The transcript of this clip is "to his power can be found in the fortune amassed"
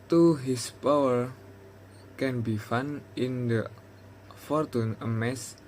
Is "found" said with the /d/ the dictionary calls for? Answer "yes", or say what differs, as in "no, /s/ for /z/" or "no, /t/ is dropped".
no, /d/ is dropped